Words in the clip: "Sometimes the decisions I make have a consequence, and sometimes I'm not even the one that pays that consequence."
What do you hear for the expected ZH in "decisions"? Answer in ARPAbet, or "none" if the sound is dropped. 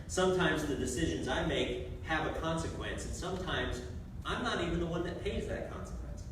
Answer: ZH